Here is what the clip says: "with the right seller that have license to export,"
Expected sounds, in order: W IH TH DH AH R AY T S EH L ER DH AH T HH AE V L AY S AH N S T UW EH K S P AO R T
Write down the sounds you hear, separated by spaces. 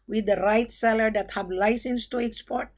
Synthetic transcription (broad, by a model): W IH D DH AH R AY T S EH L ER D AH T HH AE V L AY S AH N S T UW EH K S P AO R T